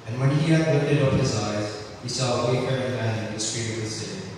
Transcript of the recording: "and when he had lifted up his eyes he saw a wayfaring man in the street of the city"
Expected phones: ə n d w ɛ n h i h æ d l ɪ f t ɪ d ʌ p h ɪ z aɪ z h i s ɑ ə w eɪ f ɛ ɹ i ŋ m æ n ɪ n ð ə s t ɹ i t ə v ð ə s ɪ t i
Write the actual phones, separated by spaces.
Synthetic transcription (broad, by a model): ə n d w ɛ n h i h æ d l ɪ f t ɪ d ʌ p h ɪ z aɪ z h i s ɑ ə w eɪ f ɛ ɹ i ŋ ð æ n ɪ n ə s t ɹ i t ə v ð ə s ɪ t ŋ